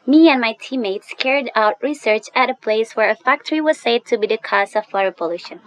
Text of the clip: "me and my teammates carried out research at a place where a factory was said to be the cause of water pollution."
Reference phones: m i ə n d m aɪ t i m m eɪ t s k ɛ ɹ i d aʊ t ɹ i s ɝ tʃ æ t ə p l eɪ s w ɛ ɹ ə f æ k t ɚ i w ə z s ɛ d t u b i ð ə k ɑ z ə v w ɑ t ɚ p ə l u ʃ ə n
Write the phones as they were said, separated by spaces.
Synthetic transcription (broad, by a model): m i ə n m aɪ t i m m eɪ t s k ɛ ɹ i d aʊ t ɹ i s ɝ tʃ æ t ə p l eɪ s w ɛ ɹ ə f æ k t ɚ i w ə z s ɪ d t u b i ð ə k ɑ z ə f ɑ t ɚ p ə l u ʃ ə n